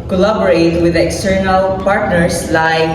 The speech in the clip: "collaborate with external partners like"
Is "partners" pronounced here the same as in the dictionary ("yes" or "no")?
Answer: no